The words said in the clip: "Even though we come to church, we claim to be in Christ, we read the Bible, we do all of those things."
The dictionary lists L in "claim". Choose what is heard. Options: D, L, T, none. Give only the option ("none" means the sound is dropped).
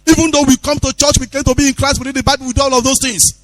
none